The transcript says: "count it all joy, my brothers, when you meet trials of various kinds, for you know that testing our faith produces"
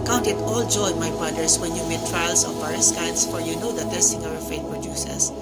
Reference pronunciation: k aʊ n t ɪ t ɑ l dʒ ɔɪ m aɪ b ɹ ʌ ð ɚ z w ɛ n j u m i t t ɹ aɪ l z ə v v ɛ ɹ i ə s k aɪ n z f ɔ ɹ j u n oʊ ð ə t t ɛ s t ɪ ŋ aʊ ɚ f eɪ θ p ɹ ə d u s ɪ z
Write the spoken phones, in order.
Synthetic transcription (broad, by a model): k aʊ n t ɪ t ɑ l dʒ ɔɪ m aɪ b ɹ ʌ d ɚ s w ɛ n j u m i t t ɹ aɪ l s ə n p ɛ ɹ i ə s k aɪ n s f ɔ ɹ j u n oʊ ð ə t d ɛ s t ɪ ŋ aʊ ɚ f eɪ t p ɹ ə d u s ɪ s